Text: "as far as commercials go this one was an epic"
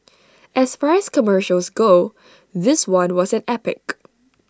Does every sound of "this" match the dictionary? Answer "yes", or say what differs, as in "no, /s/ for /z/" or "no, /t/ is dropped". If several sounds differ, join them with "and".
yes